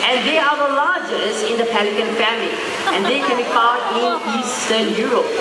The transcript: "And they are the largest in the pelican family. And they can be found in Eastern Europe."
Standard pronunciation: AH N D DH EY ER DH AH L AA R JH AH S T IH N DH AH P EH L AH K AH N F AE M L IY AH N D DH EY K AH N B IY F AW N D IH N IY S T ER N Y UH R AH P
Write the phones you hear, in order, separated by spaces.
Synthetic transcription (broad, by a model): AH N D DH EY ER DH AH L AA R JH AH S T IH N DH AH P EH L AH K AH N F AE M L IY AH N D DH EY K AH N B IY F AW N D IH N IY S T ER N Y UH R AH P